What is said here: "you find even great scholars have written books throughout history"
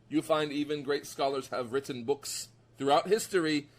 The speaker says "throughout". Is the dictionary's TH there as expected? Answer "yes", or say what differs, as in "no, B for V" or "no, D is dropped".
yes